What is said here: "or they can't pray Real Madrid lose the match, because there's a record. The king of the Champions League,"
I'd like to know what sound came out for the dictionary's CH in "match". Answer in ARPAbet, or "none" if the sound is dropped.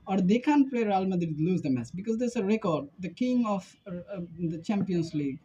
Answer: S